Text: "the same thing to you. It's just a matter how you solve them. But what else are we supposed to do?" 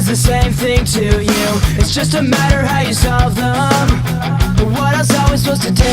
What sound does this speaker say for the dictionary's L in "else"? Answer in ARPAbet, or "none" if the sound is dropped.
none